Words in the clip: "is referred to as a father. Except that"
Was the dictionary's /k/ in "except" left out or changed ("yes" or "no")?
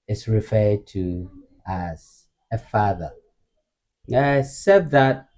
yes